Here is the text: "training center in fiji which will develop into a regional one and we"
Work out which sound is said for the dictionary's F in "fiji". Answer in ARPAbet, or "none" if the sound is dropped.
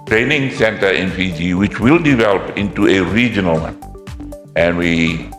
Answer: P